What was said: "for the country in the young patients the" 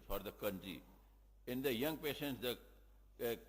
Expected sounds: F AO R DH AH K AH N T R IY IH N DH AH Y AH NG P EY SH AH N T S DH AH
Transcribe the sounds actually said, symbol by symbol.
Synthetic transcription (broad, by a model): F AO R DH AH K AH N T R IY IH N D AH Y AH NG P EY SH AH N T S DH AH